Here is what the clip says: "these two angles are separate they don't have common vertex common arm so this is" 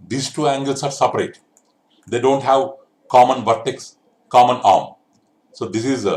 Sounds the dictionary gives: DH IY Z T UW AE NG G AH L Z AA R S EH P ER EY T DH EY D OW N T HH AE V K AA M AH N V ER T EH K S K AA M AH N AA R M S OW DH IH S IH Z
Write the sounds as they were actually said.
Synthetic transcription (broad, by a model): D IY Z T UW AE NG G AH L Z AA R S EH P ER EY T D EY D OW N T HH AE V K AA M AH N V ER T EH K S K AA M AH N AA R M S OW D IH S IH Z